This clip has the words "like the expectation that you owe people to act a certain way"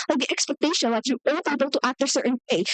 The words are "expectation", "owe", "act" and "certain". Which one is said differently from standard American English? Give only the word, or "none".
expectation